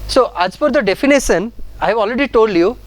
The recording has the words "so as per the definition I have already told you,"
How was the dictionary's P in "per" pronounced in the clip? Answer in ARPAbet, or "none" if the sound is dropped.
F